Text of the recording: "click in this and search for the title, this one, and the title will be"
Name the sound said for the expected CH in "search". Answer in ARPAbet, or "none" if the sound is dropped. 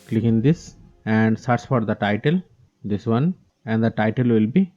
S